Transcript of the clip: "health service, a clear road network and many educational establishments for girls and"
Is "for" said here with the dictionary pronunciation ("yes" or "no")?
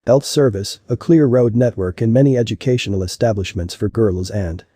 yes